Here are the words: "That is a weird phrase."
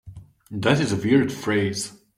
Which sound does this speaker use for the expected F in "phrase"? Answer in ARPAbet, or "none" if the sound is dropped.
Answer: F